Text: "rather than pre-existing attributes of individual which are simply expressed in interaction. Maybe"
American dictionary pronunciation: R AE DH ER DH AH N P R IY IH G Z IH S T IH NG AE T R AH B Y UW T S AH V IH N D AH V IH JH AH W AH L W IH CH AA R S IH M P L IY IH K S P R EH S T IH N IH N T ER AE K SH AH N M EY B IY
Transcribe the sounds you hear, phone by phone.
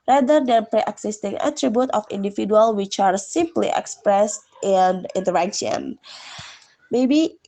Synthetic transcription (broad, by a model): R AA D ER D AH N P R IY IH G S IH S T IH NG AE T R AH B Y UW T AH F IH N D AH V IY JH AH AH L W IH CH AA R S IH M P L IY IH K S P R EH S T IH N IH N T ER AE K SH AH N M EY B IY